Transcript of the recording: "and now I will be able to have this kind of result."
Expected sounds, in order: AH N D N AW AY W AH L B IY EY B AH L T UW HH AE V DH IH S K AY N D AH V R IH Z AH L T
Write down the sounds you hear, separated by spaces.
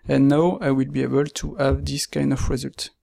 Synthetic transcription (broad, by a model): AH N N AW AY W AH L B IY EY B AH L T UW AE V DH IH S K AY N D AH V R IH Z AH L T